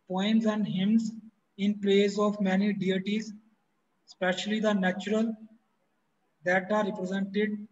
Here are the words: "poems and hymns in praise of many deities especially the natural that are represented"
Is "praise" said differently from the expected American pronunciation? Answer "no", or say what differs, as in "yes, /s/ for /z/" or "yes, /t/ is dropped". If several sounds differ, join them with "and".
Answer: yes, /l/ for /ɹ/